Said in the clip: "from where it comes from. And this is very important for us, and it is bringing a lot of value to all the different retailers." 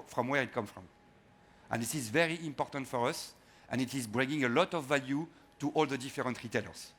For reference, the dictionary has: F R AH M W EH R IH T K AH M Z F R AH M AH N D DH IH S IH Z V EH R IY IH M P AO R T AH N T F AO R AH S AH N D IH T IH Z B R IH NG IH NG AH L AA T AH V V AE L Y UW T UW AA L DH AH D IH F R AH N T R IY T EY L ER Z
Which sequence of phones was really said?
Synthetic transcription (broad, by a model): F R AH M W EH R IH T K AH M F R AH M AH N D DH IH S IH Z V EH R IY IH M P AO R T AH N T F AO R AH S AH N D IH T IH Z B R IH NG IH NG AH L AA T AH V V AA L Y UW T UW AA L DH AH D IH F R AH N T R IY T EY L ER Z